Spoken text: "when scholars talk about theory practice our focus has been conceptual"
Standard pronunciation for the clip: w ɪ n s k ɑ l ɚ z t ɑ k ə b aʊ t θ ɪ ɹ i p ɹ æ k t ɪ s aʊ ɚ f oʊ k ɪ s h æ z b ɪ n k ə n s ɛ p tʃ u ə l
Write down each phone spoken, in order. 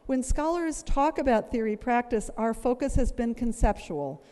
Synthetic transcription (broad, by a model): w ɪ n s k ɑ l ɚ z t ɑ k ə b aʊ t θ ɪ ɹ i p ɹ æ k t ɪ s aʊ ɚ f oʊ k ɪ s h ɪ z b ɪ n k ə n s ɛ p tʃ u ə l